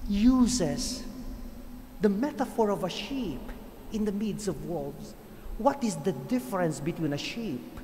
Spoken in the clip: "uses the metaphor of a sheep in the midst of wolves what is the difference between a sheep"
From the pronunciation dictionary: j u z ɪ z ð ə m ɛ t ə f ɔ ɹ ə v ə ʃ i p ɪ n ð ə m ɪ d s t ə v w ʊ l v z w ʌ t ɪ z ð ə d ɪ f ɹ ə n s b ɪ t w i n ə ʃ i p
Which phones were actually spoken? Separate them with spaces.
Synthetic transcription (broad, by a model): j u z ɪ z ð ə m ɛ t ə f ɔ ɹ ə v ə ʃ i p ɪ n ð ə m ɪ d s ə v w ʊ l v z w ʌ t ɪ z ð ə d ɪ f ɹ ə n s b ɪ t w i n ə ʃ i p